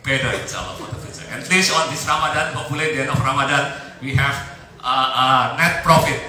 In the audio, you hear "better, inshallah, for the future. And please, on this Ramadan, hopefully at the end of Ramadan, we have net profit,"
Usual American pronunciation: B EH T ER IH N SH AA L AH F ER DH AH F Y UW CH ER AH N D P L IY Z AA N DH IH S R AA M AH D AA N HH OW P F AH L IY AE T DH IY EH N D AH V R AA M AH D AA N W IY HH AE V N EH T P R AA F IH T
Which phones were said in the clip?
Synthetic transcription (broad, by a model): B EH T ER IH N S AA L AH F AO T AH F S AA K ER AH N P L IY S AA N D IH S R AA M AH D AA N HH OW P AH L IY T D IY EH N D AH F R AA M AH D AA N W IY HH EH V N EH T P R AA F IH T